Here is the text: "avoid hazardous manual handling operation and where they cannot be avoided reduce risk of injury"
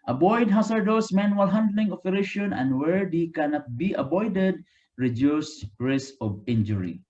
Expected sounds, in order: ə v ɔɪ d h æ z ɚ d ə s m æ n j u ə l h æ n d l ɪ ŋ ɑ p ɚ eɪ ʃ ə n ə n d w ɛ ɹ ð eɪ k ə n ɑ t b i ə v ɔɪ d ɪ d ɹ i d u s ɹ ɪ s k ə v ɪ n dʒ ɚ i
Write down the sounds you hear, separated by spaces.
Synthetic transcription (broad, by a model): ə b ɔɪ d h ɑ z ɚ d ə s m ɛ n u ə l h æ n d l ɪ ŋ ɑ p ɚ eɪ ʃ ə n ə n d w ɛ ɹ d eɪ k ə n ɑ t b i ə b ɔɪ d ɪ d ɹ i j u s ɹ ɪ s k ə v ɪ n dʒ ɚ i